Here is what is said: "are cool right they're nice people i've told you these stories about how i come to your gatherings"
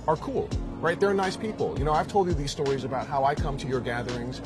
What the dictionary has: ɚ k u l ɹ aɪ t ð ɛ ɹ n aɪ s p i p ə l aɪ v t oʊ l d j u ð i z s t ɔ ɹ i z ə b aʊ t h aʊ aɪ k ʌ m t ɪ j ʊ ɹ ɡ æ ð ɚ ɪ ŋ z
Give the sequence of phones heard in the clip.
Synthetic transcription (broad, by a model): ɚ k u l ɹ aɪ t ð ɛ ɹ n aɪ s p i p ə n aɪ v t oʊ l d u ð i z s t ɔ ɹ i z ə b aʊ t h aʊ aɪ k ʌ m t ɪ j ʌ ɹ ɡ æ ð ɚ ɪ ŋ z